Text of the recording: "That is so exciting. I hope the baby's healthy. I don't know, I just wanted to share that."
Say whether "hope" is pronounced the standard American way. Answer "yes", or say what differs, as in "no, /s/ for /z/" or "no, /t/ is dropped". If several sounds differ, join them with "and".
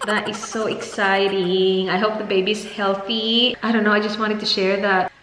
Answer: yes